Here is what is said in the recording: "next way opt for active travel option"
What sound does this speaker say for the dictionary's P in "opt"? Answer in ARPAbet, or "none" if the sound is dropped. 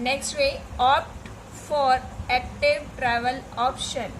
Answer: P